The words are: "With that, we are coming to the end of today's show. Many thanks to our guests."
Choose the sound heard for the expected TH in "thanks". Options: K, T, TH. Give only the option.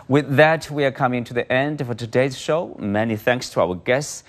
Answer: TH